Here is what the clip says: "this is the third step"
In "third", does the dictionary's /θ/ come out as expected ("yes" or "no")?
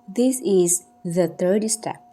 no